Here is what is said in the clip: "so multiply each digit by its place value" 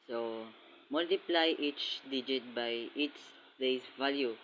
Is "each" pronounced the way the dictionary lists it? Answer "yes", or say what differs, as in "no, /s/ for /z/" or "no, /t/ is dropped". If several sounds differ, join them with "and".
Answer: yes